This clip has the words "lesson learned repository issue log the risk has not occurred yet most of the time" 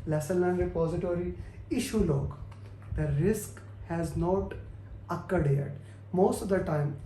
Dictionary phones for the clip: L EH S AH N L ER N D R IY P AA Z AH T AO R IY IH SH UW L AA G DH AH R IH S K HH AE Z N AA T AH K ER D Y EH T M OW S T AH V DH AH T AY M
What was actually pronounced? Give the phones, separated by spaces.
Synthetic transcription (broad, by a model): L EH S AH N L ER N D R IY P AA Z AH T AO R IY IH SH UW L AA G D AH R IH S K HH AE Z N AA T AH K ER D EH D M OW S T AH V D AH T AY M